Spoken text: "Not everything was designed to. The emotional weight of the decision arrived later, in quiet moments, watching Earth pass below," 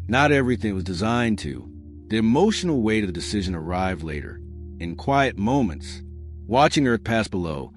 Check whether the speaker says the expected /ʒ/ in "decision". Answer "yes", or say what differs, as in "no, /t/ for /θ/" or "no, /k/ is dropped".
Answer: yes